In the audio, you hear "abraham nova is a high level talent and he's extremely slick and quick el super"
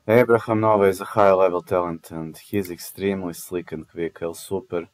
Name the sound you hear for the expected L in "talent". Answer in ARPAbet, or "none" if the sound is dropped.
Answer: L